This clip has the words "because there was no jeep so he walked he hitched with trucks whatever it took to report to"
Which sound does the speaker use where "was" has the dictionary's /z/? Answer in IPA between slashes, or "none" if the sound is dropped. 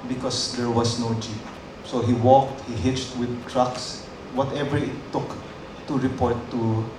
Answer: /s/